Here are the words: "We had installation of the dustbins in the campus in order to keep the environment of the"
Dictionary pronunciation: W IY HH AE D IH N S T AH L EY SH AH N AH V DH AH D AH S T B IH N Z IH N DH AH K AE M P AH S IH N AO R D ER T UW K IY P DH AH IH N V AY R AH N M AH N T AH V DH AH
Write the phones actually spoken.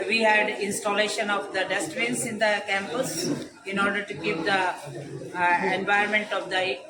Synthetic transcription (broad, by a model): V IY HH AE D IH N S T AH L EY SH AH N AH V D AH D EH S T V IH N S IH N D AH K AE M P AH S IH N AO R D ER T UW K IY P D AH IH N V AY AH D M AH N T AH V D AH